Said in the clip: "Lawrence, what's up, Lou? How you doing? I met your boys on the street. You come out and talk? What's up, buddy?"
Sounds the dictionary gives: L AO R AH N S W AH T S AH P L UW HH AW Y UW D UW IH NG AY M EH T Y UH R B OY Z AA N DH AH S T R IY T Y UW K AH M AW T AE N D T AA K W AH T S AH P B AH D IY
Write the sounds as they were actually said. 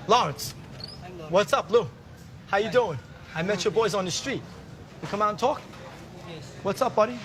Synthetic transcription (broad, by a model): L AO R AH N S W AH T S AH P L UW HH AW Y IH D UW IH NG AY M EH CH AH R B OY Z N DH AH S T R IY T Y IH K AH M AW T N T AA K W AH T S AH P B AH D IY